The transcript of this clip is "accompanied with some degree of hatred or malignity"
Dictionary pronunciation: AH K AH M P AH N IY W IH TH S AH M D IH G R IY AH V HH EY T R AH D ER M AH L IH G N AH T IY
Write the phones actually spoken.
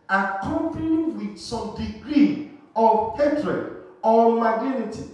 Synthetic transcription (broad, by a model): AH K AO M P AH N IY W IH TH S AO M D IH G R IY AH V HH EY T R AH D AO M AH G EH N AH T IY